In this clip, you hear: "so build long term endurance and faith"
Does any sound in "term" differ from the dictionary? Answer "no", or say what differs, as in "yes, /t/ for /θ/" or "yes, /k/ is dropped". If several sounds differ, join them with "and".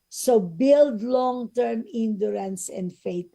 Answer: no